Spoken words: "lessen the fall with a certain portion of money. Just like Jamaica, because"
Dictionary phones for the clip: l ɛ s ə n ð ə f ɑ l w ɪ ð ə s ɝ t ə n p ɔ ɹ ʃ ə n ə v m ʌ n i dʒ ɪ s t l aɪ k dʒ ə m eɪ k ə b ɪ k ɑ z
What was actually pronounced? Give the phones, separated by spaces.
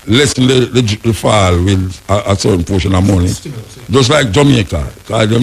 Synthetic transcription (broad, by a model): l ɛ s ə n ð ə f ɑ l w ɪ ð ə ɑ s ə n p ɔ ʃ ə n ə m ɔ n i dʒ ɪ s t l aɪ k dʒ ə m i ə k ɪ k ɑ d